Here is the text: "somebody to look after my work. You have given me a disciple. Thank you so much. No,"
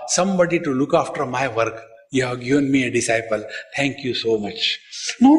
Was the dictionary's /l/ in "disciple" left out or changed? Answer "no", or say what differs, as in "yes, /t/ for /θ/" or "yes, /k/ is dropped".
no